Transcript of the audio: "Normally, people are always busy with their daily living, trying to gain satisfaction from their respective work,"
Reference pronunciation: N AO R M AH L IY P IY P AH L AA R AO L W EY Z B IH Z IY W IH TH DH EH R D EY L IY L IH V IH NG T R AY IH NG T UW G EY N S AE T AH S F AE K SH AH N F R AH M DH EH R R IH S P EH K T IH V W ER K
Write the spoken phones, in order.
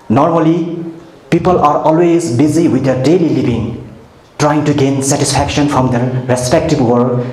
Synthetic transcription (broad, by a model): N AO R M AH L IY P IY P AH L AA R AO L W EY Z B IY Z IY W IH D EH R D EY L IY L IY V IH NG T R AY IH NG T UW G EY N S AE T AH S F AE K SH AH N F R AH M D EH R R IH S P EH K T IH B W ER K